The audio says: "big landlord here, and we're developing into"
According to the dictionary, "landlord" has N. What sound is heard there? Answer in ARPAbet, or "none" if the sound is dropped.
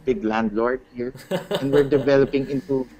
N